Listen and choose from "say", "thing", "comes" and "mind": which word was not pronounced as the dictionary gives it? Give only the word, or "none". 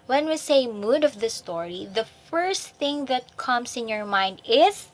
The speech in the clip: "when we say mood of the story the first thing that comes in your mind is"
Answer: comes